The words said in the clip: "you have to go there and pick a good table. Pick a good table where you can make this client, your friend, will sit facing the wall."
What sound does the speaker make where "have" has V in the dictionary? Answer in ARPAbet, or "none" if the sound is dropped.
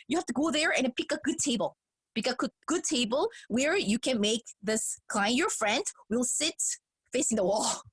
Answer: F